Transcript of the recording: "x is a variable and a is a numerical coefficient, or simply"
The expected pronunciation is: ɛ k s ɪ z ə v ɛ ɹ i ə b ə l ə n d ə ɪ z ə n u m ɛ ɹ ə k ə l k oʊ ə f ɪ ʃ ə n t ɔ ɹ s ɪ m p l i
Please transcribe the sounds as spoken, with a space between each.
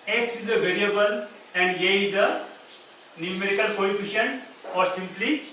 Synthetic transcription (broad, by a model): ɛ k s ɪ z ə v ɛ ɹ i ə b ə l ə n d ə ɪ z ə n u m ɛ ɹ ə k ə l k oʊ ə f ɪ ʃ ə n ɔ ɹ s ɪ m p l i